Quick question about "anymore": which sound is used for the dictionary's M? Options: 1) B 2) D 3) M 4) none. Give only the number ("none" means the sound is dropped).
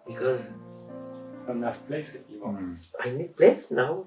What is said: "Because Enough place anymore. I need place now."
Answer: 4